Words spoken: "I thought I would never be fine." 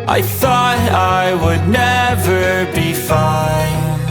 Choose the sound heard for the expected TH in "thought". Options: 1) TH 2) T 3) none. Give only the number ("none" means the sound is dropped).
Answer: 1